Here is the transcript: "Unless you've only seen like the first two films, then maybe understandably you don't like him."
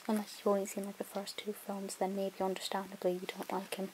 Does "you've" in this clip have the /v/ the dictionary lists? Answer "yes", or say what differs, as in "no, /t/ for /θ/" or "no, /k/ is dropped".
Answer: no, /w/ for /v/